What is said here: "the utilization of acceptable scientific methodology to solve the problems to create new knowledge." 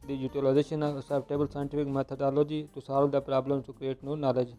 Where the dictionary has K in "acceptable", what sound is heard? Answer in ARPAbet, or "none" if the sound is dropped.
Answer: none